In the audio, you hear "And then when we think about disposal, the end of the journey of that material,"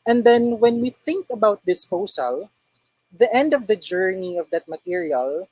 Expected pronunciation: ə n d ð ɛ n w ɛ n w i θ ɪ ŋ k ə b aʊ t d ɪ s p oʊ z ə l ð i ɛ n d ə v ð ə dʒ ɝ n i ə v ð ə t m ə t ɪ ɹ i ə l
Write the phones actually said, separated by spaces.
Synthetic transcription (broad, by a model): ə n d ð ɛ n w ɛ n w i θ ɪ ŋ k ə b aʊ t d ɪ s p oʊ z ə l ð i ɛ n d ə v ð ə dʒ ɝ n i ə v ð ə t m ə t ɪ ɹ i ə l